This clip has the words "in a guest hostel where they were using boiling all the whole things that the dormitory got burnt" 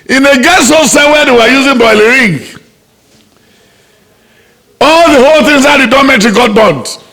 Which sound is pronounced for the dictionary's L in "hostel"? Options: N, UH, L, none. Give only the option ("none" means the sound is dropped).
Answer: N